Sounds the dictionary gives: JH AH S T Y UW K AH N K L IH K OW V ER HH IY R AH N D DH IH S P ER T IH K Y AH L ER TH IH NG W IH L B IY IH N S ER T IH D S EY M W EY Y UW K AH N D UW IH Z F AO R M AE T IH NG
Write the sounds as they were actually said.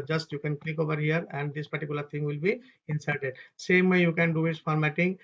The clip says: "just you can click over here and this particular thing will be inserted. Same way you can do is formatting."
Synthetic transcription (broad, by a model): JH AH S T Y UW K AH N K L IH K OW V ER HH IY R AH N D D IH S P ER T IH K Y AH L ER T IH NG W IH L B IY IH N S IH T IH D S EY M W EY Y UW K AH N D UW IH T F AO R M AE T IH NG